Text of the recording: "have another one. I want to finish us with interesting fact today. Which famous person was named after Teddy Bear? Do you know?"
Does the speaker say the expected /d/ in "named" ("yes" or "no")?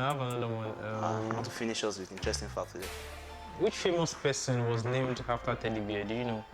yes